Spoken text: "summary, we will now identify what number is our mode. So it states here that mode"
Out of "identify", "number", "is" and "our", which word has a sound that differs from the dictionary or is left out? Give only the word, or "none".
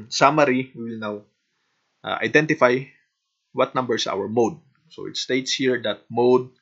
is